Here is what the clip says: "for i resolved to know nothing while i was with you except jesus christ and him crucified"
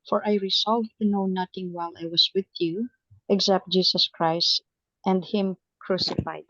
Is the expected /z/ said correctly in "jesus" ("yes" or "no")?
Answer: no